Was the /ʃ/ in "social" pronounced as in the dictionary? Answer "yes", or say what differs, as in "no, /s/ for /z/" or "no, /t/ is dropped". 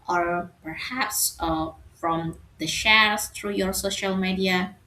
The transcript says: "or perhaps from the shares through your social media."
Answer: yes